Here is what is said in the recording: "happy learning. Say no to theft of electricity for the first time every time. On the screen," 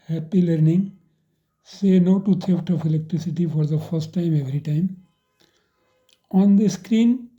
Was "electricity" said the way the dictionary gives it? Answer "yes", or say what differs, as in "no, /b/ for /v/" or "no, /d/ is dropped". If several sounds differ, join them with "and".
yes